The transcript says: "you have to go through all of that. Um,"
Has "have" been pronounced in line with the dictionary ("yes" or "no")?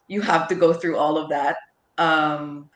no